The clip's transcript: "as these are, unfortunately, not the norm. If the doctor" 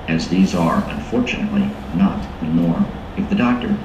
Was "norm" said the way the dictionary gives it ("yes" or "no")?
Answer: no